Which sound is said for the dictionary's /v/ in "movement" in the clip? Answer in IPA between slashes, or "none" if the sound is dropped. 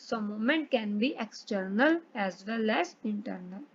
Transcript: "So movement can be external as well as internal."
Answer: none